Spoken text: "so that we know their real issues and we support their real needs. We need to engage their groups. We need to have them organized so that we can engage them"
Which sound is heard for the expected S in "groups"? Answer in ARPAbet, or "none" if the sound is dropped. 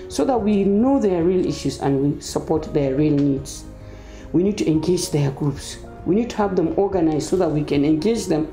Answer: S